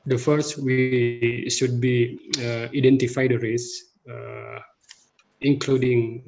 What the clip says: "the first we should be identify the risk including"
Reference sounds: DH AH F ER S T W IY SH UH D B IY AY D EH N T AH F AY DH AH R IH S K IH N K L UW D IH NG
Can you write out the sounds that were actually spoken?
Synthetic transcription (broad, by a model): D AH F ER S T W IY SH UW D B IY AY D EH N T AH F AY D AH R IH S IH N K L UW D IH NG